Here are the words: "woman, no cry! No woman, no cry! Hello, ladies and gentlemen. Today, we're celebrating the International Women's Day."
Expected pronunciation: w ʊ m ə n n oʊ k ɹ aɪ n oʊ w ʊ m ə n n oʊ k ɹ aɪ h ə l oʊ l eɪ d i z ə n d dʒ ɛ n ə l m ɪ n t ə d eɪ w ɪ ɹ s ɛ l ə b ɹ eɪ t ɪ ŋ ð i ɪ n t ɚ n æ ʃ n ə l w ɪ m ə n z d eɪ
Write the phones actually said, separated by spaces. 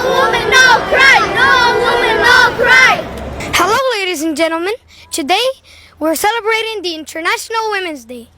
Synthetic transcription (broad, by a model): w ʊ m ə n n oʊ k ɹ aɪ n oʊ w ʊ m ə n n oʊ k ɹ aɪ h ə l oʊ l eɪ d i z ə n dʒ ɛ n l m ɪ n t ə d eɪ w ɪ ɹ s ɛ l ə b ɹ eɪ t ɪ ŋ ð i ɪ n t ɚ n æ ʃ n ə l w ɪ m ə n z d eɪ